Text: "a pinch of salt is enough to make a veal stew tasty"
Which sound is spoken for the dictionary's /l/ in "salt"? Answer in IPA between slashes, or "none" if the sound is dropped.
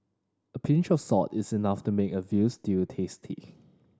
none